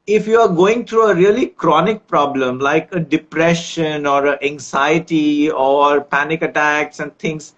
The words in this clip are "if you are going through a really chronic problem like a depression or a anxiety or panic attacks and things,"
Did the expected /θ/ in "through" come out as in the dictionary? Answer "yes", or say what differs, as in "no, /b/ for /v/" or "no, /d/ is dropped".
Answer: no, /t/ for /θ/